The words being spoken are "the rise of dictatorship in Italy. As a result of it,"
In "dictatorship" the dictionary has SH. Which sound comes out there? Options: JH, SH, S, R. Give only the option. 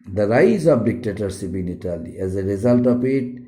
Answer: S